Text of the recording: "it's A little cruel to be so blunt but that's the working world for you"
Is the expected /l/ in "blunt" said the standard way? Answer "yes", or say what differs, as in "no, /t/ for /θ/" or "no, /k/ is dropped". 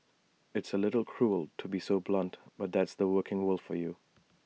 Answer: yes